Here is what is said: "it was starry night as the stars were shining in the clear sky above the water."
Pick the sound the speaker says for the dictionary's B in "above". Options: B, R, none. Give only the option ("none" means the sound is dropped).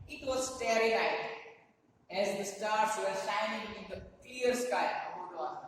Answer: none